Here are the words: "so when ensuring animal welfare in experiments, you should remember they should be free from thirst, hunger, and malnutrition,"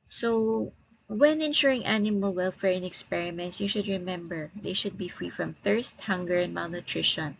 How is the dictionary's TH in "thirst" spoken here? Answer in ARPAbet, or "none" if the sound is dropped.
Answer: TH